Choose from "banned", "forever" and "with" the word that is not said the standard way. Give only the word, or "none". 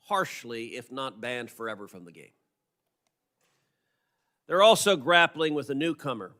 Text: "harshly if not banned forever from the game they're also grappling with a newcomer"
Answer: none